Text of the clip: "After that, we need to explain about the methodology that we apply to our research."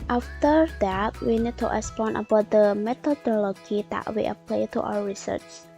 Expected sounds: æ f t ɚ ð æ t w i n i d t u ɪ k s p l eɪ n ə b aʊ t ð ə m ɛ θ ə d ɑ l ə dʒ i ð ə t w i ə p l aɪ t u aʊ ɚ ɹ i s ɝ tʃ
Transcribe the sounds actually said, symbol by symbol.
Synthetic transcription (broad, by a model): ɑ f t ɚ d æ t w i n i d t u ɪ s p ɔ n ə b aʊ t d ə m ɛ t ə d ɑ l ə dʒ i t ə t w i ə p l aɪ t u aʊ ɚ ɹ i s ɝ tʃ